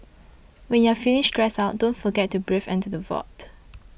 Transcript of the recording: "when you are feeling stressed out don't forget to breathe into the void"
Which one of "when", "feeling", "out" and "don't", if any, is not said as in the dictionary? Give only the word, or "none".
feeling